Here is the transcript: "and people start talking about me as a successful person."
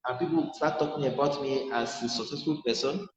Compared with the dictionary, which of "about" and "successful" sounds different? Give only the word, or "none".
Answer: none